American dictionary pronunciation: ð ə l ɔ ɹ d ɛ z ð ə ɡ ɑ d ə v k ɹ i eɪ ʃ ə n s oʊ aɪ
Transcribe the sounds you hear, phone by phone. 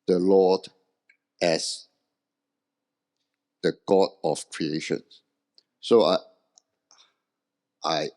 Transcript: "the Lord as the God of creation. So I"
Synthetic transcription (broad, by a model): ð ə l ɔ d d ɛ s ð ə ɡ ɑ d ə f k ɹ i eɪ ʃ ə n s oʊ aɪ